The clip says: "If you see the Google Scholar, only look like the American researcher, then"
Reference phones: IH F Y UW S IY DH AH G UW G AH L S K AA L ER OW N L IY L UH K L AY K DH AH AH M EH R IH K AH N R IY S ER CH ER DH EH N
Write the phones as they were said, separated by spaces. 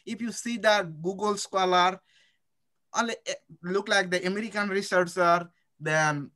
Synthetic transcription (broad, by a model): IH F Y UW S IY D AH G UW G AH L S K AA L ER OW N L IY L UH K L AY K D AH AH M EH R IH K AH N R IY S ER S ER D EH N